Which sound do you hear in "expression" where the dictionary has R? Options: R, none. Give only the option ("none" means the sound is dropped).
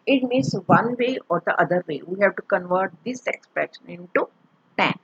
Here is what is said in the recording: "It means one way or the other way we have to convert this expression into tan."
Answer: none